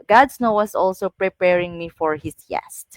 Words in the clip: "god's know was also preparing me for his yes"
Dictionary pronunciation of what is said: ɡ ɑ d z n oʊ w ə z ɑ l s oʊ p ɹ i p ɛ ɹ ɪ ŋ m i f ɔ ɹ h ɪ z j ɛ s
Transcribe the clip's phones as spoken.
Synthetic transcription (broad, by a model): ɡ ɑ d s n oʊ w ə s ɑ l s oʊ p ɹ i p ɛ ɹ ɪ ŋ m i f ɔ ɹ h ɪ s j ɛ s